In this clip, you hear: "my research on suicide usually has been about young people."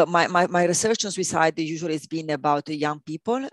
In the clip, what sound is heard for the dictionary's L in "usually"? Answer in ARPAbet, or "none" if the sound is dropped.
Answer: none